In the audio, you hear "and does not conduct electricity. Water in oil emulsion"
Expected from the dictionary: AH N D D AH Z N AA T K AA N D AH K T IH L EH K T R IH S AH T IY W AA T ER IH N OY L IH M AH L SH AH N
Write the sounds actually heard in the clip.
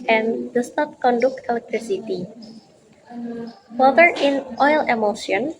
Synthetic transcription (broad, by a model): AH N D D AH S N AA T K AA N D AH K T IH L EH K T R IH S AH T IY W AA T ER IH N OY L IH M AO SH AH N